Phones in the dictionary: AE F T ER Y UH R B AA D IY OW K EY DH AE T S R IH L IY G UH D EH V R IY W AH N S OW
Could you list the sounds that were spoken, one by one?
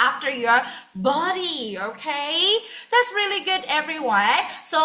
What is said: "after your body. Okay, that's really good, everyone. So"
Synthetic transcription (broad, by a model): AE F T ER Y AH R B AA D IY OW K EY DH AE T S R IH L IY G UH D EH V R IY W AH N S OW